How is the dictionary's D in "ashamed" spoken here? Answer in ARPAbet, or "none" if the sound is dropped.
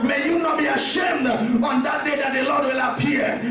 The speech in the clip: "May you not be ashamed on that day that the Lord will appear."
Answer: D